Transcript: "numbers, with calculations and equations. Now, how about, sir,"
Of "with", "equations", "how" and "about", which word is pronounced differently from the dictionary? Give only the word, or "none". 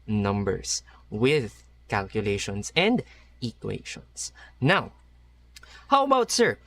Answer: equations